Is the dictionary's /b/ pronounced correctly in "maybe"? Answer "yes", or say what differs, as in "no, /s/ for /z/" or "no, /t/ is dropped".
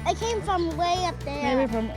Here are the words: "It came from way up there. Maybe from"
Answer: no, /b/ is dropped